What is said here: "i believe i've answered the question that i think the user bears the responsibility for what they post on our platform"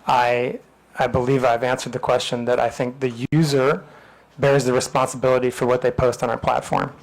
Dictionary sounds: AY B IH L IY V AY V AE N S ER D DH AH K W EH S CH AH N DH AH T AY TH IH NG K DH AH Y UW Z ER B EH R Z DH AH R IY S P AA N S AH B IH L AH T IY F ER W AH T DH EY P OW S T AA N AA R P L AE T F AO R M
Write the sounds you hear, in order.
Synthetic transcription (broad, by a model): AY B IH L IY V AY V AE N S ER D DH AH K W EH S CH AH N DH AH T AY TH IH NG K DH AH Y UW Z ER B EH R Z DH AH R IY S P AA N S AH B IH L AH T IY F ER W AH T DH EY P OW S T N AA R P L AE T F AO R M